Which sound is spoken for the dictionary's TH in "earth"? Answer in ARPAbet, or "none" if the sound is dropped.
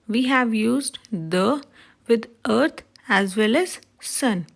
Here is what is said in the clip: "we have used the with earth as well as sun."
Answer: T